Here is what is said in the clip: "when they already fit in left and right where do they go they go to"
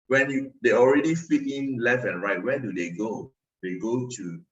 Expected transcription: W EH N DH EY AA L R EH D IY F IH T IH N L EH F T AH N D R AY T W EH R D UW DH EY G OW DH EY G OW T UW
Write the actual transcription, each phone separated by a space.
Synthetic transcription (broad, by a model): W EH N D EY AA L R EH D IY F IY T IH N L EH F AH N R AY T W EH D UW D EY G OW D EY G OW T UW